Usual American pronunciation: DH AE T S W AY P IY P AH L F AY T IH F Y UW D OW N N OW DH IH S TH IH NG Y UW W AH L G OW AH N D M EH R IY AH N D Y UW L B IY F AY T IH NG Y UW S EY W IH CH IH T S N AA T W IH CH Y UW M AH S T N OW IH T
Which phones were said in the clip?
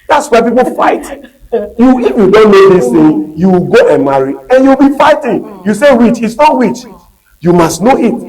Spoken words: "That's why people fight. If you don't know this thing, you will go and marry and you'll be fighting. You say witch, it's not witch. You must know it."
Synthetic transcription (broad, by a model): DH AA T S W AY P IY P AH L F AY T IH F Y UW D OW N N OW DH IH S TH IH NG Y UW W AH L G OW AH N M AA R IY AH N Y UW W B IY F AY T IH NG Y UW S EY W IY CH IH T S N AA T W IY CH Y UW M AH S T N OW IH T